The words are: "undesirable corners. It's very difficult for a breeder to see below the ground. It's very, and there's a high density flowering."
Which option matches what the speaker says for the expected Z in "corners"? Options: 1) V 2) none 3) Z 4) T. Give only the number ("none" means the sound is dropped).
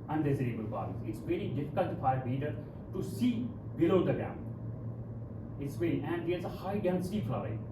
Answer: 2